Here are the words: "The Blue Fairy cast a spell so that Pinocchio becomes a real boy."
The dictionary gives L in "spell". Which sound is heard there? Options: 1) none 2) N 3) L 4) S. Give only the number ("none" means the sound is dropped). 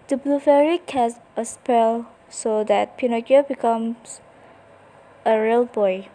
3